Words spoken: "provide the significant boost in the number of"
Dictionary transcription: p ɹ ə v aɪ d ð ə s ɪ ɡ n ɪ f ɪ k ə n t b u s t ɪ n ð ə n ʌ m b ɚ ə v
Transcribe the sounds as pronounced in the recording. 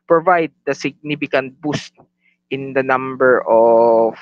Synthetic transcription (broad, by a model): p ɹ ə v aɪ d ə s ɪ ɡ n ɪ f ɪ k ə n t b u s t ɪ n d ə n ʌ m b ɚ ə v